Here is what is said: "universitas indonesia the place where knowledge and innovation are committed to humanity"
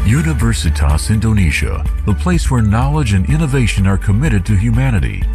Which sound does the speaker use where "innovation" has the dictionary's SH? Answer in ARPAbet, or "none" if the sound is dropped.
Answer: SH